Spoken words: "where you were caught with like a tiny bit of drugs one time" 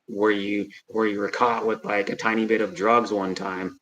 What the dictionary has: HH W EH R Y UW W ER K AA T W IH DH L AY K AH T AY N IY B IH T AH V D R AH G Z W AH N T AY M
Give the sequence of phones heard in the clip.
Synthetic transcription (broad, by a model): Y W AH R Y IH W ER K AA T W IH DH L AY K AH T AY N IY B IH T AH V D R AH G Z W AH N T AY M